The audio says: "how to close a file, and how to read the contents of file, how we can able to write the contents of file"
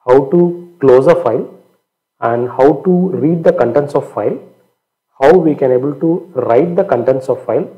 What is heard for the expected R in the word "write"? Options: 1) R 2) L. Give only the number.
1